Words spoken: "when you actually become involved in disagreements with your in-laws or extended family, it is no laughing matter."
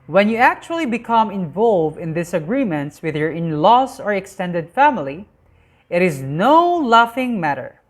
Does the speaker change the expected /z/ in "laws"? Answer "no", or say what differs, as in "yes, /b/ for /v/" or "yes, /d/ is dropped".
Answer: yes, /s/ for /z/